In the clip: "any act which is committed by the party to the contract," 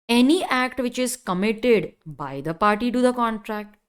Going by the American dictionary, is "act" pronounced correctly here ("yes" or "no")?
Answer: yes